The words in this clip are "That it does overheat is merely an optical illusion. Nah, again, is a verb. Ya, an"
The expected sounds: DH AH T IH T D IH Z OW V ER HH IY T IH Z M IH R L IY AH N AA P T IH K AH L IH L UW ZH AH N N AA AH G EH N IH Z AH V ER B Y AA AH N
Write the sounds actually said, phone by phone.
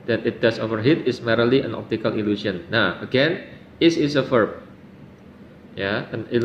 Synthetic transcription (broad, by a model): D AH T IH T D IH S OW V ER HH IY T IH S M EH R L IY AH N AA P T IH K AH L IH L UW S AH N N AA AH G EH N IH S AH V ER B Y AA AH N